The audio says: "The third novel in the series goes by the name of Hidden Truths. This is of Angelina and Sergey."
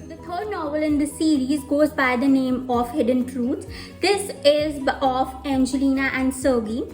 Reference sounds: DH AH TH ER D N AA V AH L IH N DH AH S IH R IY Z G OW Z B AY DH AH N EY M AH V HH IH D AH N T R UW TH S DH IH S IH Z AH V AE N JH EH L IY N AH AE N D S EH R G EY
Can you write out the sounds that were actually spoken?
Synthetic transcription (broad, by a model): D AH T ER D N AA V AH L IH N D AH S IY R IY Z G OW Z B AY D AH N EY M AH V HH IH D AH N T R UW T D IH S IH Z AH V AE N JH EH L IY N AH AE N D S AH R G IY